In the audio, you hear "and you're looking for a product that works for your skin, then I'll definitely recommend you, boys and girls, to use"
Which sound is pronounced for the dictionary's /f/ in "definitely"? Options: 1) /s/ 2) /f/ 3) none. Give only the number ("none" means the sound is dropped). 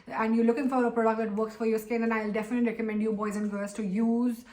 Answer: 2